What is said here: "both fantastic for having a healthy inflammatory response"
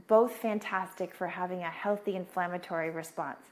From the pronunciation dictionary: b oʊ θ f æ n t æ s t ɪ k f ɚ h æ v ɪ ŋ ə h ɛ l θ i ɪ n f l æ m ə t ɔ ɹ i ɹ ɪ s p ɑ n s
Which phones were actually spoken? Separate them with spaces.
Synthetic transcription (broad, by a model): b oʊ θ f æ n t æ s t ɪ k f ɚ h æ v ɪ ŋ ə h ɛ l θ i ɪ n f l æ m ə t ɔ ɹ i ɹ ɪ s p ɑ n s